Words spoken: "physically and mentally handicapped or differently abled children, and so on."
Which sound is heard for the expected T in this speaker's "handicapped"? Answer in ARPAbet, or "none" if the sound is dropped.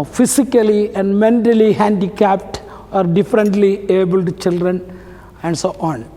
T